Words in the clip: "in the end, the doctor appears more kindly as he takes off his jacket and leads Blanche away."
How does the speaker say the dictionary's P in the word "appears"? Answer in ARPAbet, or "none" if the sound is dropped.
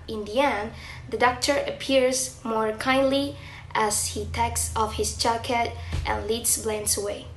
P